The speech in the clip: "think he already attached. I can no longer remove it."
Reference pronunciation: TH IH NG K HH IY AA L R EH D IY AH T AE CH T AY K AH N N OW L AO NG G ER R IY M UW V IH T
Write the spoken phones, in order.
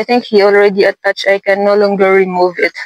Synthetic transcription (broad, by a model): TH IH NG K HH IY AA L R EH D IY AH T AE CH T AY K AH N N OW L AO NG G ER R IY M UW V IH T